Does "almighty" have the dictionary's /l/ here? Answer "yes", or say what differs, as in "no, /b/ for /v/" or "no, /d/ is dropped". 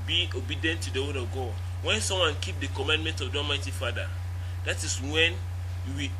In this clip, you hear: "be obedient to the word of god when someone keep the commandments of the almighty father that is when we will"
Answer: no, /l/ is dropped